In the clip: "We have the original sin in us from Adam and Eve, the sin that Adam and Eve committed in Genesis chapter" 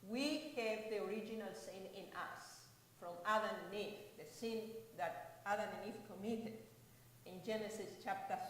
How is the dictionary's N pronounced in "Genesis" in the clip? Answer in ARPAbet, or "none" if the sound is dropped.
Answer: N